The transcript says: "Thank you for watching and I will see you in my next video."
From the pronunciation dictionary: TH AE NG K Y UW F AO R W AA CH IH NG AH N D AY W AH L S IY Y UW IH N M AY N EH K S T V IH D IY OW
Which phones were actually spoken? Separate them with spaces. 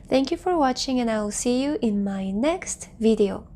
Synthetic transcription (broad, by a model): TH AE NG K Y UW F AO R W AA CH IH NG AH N AY W L S IY Y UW IH N M AY N EH K S T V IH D IY OW